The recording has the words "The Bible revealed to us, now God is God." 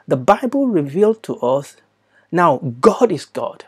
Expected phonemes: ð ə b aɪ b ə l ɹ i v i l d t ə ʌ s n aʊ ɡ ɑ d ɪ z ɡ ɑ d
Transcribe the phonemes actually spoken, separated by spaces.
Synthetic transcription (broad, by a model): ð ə b aɪ b ə l ɹ i v i l d t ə ʌ s n aʊ ɡ ɑ d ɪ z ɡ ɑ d